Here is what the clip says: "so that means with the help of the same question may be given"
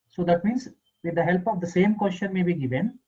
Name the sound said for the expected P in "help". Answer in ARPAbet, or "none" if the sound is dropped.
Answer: P